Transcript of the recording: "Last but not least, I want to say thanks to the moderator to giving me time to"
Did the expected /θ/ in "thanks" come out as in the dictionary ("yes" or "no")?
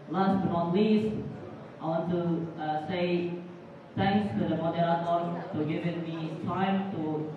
no